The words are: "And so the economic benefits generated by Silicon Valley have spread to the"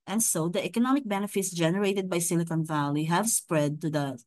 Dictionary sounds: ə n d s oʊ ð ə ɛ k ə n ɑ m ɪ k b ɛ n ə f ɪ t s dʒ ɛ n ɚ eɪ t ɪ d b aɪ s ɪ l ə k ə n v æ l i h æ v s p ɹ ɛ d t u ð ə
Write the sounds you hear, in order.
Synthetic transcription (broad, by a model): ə n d s oʊ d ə ɛ k ə n ɑ m ɪ k b ɛ n ə f ɪ t s dʒ ɛ n ɚ eɪ t ɪ d b aɪ s ɪ l ə k ə n v æ l i h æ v s p ɹ ɛ d t u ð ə